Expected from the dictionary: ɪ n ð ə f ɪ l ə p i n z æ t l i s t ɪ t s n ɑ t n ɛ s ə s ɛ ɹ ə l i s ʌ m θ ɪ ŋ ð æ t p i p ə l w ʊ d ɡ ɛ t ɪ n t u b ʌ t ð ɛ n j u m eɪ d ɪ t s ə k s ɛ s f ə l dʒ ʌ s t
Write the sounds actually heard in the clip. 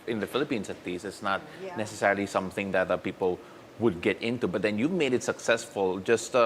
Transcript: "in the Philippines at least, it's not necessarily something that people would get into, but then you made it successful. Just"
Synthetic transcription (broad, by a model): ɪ n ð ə f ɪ l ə p i n s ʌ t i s ɪ t s n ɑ t n ɛ s ə s ɛ ɹ ə l i s ʌ m θ ɪ ŋ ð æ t p i p ə l w ʊ d ɡ ɛ t ɪ n t u b ʌ t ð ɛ n j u m eɪ d ɪ t s ə k s ɛ s f ə l dʒ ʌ s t